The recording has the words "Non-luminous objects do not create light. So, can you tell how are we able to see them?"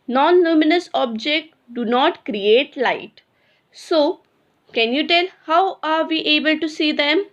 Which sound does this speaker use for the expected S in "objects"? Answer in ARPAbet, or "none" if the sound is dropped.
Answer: none